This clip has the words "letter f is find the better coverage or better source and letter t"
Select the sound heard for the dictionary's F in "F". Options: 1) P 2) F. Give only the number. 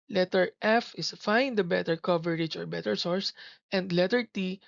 2